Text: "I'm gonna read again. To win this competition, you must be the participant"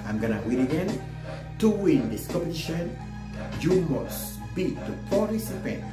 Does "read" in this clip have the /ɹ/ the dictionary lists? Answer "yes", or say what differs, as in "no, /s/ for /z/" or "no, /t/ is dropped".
no, /w/ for /ɹ/